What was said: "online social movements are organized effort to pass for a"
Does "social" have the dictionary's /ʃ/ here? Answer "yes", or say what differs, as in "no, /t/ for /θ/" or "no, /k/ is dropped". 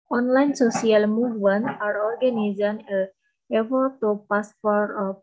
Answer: no, /s/ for /ʃ/